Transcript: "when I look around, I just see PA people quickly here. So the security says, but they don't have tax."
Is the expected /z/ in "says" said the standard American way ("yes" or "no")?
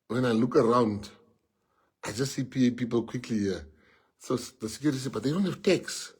no